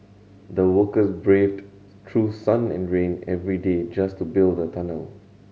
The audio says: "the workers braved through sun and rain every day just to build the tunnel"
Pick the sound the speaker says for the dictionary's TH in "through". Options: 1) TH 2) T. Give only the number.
2